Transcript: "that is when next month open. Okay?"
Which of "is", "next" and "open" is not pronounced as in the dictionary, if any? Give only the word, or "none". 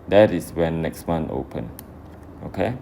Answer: is